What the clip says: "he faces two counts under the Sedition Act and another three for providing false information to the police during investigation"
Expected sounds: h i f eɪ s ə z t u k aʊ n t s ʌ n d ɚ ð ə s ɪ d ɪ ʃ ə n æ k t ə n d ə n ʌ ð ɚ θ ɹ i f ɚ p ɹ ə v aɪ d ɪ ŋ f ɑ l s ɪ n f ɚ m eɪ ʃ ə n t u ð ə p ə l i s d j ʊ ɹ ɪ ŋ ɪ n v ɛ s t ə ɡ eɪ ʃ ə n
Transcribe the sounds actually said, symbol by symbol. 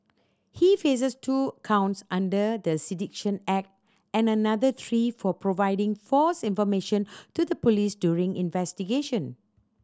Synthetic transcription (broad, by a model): h i f eɪ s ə s t u k aʊ n t s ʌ n d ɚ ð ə s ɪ d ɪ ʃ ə n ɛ k t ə n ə n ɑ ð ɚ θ ɹ i f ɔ p ɹ ə v aɪ d ɪ ŋ f ɑ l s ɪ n f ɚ m eɪ ʃ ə n t u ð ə p ə l i s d j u ɹ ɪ ŋ ɪ n v ɛ s t ə ɡ eɪ ʃ ə n